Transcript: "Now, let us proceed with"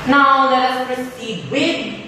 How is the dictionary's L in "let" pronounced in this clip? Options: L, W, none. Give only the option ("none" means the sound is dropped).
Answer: L